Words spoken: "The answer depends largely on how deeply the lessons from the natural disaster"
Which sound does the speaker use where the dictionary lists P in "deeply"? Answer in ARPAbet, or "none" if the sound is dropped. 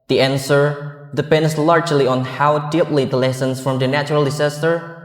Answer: P